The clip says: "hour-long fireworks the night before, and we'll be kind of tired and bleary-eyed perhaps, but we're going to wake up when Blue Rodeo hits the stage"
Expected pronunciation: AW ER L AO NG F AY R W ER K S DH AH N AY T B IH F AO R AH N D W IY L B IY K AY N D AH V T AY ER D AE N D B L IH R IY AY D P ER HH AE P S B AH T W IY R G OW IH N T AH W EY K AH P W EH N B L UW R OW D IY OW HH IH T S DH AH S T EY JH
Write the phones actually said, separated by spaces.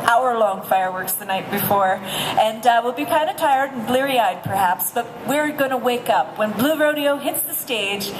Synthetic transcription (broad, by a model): AW ER L AO NG F AY R W ER K S DH AH N AY T B IH F AO R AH N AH W IY L B IY K AY N D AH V T AY ER D N B L IH R IY AY D P ER HH AE P S B AH T W IY R G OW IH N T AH W EY K AH P W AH N B L UW R OW D IY OW HH IH T S DH AH S T EY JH